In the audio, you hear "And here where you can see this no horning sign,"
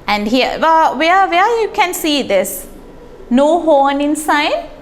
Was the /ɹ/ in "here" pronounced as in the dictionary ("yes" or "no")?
no